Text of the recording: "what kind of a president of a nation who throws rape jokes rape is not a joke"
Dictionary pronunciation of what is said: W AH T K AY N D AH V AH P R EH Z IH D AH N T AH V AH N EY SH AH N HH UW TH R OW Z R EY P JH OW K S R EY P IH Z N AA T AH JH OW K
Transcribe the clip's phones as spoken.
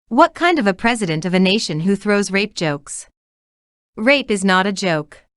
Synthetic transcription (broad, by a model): W AH T K AY N D AH V AH P R EH Z IH D AH N T AH V AH N EY SH AH N HH UW TH R OW Z R EY P JH OW K S R EY P IH Z N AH T AH JH OW K